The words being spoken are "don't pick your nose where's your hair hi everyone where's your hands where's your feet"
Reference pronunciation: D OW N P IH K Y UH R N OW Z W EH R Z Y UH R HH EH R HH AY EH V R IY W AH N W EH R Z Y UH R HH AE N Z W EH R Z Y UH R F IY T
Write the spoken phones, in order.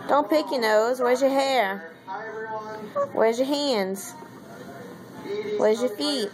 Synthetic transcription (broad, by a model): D OW N P IH K Y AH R N OW Z W EH R Z Y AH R R HH EH R W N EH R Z Y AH R HH AE N Z W EH R Z Y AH R F IY T